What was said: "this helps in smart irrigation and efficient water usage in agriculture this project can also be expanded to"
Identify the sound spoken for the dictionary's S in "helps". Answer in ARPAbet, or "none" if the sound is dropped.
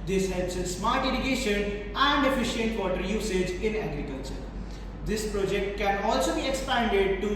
S